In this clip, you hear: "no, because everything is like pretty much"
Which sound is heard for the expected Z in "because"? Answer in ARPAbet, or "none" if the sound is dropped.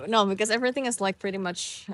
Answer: Z